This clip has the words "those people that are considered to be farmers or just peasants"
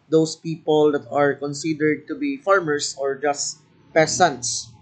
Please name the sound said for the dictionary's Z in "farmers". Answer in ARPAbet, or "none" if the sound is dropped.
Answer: S